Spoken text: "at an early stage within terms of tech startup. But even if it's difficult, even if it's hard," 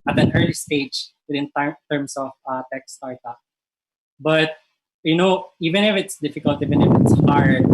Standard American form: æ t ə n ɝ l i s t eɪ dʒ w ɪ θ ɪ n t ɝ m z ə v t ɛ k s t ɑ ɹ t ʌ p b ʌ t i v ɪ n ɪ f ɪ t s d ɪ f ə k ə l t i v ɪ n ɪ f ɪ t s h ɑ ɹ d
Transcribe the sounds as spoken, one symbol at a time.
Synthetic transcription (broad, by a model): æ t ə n ɝ l i s t eɪ dʒ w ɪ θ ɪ n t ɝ m s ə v t ɛ k s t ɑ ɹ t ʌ b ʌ t i v ɪ n ɪ f ɪ t s d ɪ f ə k ə l t i v ɪ n ɪ f ɪ t s h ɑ ɹ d